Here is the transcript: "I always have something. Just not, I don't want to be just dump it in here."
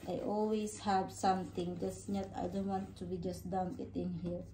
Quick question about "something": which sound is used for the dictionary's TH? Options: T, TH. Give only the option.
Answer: T